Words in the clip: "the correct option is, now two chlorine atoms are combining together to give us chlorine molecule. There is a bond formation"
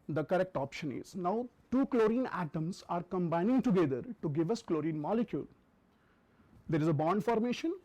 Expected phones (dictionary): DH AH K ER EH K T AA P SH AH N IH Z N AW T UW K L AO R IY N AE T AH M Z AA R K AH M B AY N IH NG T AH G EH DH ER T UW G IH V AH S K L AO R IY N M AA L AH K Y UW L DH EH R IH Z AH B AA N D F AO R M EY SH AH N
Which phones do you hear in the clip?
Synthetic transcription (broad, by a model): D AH K ER EH K T AA P SH AH N IH Z N AW T UW K L AO R IY N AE T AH M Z AA R K AH M B AY N IH NG T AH G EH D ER T UW G IH V AH S K L AO R IY N M AA L AH K Y UW L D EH R IH Z AH B AA N D F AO R M EY SH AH N